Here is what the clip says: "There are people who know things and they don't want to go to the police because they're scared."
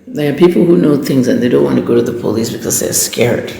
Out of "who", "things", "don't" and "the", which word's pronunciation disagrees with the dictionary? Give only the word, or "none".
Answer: none